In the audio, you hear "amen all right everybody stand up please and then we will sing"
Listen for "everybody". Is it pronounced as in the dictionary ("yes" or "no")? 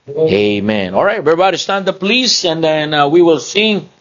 no